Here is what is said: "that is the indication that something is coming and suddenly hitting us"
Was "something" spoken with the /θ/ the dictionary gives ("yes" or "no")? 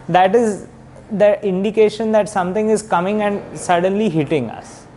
no